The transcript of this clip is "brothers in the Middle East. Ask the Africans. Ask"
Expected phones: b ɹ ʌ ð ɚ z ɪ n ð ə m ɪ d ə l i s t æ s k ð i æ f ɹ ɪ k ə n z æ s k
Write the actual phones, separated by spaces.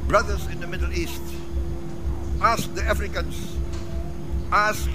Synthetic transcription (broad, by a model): b ɹ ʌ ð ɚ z ɪ n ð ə m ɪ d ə l i s t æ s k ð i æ f ɹ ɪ k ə n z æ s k